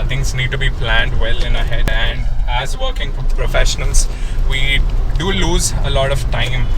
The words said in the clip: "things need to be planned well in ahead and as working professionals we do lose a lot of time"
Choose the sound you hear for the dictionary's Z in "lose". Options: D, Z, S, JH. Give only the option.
Z